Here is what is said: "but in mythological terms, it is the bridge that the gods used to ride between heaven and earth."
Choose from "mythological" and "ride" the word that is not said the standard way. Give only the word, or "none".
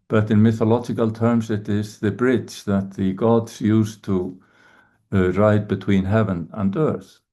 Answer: none